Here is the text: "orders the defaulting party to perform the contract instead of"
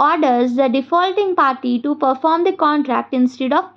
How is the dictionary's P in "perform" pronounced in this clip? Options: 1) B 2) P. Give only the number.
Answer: 2